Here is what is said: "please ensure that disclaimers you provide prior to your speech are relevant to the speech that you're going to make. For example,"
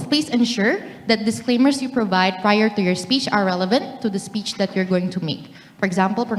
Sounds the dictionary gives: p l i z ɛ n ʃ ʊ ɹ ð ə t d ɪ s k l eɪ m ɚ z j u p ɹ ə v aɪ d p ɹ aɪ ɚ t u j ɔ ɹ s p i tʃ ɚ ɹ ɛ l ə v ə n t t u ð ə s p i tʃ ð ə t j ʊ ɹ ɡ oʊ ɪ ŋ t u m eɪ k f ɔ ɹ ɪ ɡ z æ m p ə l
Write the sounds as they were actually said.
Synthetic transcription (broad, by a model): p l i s ɛ n ʃ ʊ ɹ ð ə t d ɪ s k l eɪ m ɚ s j u p ɹ ə v aɪ d p ɹ aɪ ɚ t u j ɔ ɹ s p i tʃ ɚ ɹ ɛ l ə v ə n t t u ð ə s p i tʃ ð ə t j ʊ ɹ ɡ oʊ ɪ ŋ t u m eɪ k f ɔ ɹ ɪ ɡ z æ m p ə l